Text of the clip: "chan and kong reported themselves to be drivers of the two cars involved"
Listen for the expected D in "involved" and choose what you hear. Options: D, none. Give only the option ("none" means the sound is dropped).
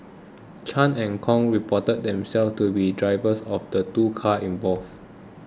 none